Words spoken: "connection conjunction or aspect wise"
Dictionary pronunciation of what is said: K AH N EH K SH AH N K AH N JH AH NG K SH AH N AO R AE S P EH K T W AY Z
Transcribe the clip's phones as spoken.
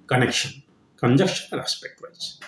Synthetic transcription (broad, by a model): K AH N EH K SH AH N K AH N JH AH K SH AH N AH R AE S P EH K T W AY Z